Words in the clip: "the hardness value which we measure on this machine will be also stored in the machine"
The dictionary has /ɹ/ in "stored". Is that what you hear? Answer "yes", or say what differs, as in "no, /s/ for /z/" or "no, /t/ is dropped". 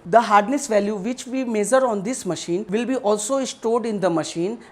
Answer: yes